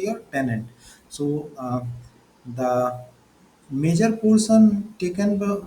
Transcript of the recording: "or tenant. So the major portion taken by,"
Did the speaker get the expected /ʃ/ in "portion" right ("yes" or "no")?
no